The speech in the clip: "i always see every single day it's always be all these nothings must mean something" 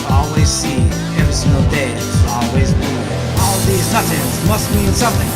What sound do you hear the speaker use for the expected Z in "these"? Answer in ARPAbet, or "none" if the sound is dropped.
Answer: Z